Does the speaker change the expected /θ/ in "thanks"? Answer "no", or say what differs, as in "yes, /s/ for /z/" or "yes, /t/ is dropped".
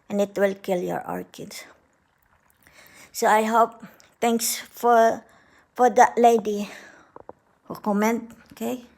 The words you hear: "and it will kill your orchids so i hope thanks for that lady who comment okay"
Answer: yes, /t/ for /θ/